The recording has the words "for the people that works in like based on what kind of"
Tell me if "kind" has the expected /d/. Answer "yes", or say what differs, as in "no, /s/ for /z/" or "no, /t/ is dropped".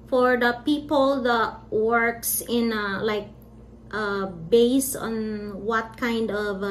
yes